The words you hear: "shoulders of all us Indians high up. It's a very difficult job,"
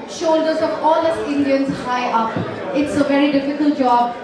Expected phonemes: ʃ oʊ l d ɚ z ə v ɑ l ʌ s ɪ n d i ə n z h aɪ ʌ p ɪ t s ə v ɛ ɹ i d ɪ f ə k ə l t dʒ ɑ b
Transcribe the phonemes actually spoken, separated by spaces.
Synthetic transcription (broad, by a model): ʃ oʊ l d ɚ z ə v ɑ l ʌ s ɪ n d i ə n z h aɪ ʌ p ɪ t s ə v ɛ ɹ i d ɪ f ə k ə l t dʒ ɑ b